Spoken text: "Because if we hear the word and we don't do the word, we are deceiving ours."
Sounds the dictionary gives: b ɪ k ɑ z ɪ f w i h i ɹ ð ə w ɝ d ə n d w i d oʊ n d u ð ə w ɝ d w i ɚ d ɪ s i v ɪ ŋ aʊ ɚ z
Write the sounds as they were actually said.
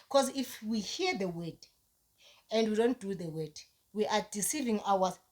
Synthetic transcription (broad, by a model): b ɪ k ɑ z ɪ f w i h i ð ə w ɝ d ə n d w i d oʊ n d u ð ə w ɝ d w i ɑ d ɪ s i v ɪ ŋ aʊ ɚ